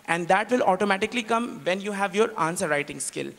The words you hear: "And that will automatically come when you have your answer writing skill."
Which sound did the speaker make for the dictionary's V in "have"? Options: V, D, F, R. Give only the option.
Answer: V